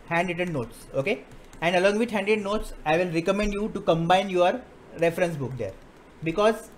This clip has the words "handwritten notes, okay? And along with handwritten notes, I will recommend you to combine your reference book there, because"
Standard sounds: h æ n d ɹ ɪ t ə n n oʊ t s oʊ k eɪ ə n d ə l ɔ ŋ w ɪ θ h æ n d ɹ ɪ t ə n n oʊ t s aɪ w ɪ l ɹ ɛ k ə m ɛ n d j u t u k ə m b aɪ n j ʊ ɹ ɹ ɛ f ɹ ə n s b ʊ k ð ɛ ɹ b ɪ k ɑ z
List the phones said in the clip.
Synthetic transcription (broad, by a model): h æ n d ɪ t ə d n oʊ t s oʊ k eɪ ə n d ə l ɔ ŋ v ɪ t h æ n d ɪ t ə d n oʊ t s aɪ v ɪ l ɹ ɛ k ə m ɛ n d j u t u k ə m b aɪ n j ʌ ɹ ɹ ɛ f ɹ ə n s b ʊ k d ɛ ɹ b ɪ k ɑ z